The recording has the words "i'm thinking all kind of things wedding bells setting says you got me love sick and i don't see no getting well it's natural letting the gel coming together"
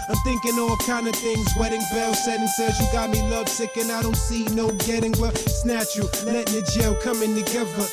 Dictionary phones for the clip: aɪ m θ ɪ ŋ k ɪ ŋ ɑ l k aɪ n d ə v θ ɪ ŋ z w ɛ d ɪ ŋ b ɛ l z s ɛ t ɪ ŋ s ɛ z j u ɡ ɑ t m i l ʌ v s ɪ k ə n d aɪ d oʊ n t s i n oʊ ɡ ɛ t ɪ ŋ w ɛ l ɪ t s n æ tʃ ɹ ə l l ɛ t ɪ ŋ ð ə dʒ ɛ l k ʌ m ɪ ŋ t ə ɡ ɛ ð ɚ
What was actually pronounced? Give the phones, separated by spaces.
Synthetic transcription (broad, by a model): aɪ m θ ɪ ŋ k ɪ ŋ ɑ l k aɪ n d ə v θ ɪ ŋ z w ɛ d ɪ ŋ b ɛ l s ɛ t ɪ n s ɛ z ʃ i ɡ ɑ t m i l ʌ v s ɪ k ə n aɪ d oʊ n t s i n oʊ ɡ ɛ t ɪ ŋ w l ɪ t s n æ tʃ ə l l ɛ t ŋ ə dʒ ɛ l k ʌ m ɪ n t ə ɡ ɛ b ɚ